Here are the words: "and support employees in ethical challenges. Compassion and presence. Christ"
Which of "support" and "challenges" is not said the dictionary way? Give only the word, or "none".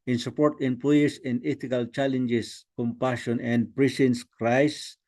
challenges